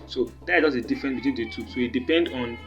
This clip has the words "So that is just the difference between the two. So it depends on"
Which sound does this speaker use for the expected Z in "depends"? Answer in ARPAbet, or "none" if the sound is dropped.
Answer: none